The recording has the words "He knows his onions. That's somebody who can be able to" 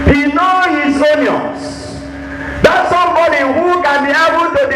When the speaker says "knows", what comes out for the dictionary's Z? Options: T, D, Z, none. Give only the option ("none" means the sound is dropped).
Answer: none